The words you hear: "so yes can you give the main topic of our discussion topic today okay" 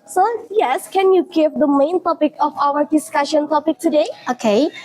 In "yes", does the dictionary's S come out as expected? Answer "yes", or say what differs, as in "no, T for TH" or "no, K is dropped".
yes